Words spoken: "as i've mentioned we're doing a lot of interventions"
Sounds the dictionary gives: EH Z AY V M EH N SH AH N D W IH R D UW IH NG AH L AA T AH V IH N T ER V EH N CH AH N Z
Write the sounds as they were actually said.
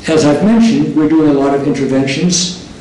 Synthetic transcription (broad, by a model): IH Z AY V M EH N SH AH N D W IH R D UW IH NG AH L AA T AH V IH N T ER V EH N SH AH N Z